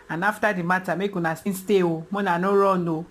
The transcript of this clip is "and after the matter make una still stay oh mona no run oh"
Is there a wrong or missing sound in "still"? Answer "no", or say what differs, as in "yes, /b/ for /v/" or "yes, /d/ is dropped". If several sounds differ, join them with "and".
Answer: yes, /n/ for /l/